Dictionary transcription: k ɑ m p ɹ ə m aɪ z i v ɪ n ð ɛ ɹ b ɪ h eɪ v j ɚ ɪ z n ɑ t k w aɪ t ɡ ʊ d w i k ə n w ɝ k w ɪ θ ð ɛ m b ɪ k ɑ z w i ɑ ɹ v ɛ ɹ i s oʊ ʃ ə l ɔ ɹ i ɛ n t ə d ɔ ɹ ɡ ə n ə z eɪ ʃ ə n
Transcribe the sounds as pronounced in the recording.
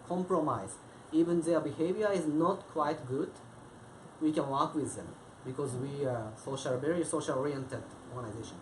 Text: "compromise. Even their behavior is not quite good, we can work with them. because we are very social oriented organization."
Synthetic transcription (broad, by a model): k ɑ m p ɹ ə m aɪ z i v ɪ n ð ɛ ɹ b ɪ h eɪ v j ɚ ɪ z n ɑ t k w aɪ t ɡ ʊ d w i k ə n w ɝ k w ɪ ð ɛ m b ɪ k ɑ z w i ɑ l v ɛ ɹ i s oʊ ʃ ə l ɔ ɹ i ɛ n t ə d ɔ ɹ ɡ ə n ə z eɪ ʃ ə n